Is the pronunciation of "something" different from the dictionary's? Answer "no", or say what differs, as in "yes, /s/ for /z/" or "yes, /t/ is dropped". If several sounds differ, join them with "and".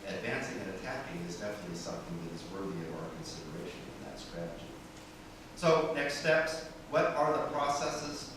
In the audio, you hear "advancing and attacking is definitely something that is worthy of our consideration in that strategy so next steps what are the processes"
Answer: no